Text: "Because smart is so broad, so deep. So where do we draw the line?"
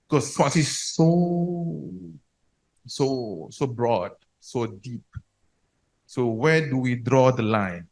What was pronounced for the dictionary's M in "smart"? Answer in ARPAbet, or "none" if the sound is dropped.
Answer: none